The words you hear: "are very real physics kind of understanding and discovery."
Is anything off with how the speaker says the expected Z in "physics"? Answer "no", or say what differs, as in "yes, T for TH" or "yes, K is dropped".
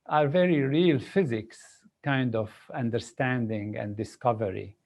no